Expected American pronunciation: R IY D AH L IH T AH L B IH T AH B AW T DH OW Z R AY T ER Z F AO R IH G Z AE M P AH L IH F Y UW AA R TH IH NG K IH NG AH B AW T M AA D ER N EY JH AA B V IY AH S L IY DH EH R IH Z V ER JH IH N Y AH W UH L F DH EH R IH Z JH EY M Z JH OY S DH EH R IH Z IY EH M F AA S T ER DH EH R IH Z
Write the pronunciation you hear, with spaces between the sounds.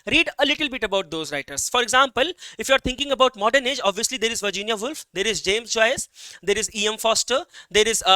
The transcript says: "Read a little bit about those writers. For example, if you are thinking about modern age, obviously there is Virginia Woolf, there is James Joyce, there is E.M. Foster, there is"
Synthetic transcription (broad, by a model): R IY D AH L IH T AH L B IH T AH B AW T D OW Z R AY T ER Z F AO R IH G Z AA M P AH L IH F Y UW AA R T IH NG K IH NG AH B AW T M AA D ER N EY JH AA B V IY AH S L IY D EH R IH Z V ER JH IH N Y AH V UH L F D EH R IH Z JH EY M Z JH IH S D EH R IH Z IY EH M F AA S T ER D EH R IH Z